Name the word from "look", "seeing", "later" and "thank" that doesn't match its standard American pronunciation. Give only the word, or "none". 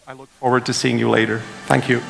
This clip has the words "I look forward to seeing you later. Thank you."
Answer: none